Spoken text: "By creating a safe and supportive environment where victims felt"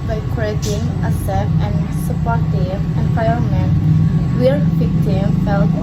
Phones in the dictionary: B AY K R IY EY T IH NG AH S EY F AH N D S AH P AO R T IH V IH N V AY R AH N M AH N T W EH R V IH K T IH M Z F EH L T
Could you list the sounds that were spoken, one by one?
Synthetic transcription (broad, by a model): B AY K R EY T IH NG AH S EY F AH N S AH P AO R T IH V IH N F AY AH M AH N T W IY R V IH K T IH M F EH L